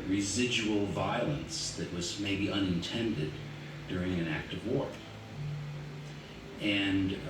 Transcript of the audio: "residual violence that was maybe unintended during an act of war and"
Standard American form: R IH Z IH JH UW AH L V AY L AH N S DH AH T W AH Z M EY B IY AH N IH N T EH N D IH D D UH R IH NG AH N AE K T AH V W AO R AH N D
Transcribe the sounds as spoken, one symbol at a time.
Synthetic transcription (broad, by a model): R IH Z IH JH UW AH L V AY L AH N S DH AH T W AH Z M EY B IY AH N IH N T EH N D IH D D UH R IH NG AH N AE K T AH V W AO R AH N